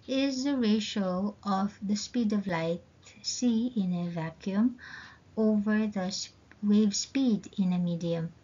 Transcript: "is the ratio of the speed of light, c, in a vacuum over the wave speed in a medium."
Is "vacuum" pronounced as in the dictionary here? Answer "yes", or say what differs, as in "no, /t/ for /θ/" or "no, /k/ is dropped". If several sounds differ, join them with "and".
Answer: yes